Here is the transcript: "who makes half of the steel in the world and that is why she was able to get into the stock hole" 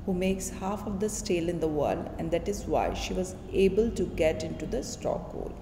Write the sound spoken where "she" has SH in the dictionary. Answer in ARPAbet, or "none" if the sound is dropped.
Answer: SH